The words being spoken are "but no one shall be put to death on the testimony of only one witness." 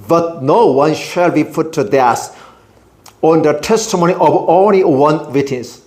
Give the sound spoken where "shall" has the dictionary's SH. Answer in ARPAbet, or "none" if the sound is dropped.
SH